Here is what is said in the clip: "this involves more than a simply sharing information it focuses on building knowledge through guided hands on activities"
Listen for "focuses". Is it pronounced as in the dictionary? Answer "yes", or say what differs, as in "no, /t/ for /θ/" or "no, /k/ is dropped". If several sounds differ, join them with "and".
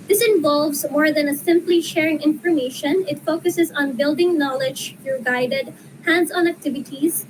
yes